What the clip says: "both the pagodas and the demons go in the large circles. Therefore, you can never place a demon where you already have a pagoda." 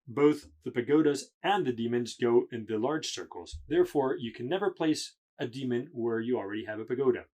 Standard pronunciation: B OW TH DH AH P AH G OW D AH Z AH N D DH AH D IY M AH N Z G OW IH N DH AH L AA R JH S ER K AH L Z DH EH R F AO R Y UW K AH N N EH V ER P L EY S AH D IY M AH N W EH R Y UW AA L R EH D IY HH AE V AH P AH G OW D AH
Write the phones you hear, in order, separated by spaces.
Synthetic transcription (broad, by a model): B OW TH DH AH P AH G OW D AH Z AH N DH AH D IY M AH N Z G OW IH N DH AH L AA R JH S ER K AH L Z DH EH R F AO R Y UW K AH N N EH V ER P L EY S AH D IY M AH N W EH R Y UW AA L R EH D IY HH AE V AH P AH G OW D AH